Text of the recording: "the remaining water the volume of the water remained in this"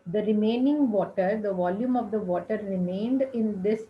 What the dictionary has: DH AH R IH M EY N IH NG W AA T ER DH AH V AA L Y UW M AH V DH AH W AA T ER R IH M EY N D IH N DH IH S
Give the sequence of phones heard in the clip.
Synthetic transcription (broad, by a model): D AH R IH M EY N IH NG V AA T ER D AH V AA L Y UW M AH V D AH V AA T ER R IH M EY N D IH N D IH S